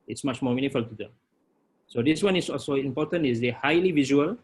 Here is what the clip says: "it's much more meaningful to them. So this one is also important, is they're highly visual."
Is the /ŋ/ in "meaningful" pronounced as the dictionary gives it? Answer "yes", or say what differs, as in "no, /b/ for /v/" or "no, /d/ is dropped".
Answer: no, /ŋ/ is dropped